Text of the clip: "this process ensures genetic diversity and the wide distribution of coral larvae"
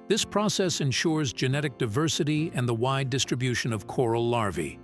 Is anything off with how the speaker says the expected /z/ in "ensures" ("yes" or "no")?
no